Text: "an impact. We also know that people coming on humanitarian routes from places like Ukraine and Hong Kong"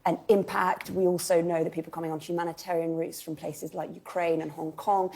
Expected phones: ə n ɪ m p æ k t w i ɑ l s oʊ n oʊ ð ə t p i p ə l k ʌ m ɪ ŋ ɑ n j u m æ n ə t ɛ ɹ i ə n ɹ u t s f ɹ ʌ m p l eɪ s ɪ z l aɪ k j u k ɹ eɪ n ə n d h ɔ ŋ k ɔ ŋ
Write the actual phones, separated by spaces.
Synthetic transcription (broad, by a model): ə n ɪ m p æ k t w i ɑ l s oʊ n oʊ ð ə t p i p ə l k ʌ m ɪ ŋ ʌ n j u m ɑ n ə t ɛ ɹ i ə n ɹ u t s f ɹ ʌ m p l eɪ s ɪ z l aɪ k j u k ɹ eɪ n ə n h ɔ ŋ k ɔ ŋ